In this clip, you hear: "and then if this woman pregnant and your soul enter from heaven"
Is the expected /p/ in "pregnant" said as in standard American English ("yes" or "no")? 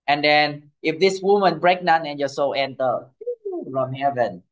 no